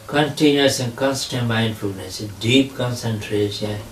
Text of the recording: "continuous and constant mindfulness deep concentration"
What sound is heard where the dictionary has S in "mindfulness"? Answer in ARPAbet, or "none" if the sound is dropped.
S